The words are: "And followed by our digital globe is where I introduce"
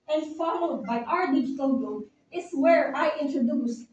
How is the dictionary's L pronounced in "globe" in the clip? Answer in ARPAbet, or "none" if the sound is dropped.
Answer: none